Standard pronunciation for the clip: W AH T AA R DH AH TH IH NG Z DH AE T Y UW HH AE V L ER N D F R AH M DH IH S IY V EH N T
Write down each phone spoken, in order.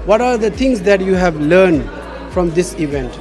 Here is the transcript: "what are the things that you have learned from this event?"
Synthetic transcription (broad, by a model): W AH T AA R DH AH T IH NG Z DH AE T Y UW HH AE V L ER N D F R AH M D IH S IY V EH N T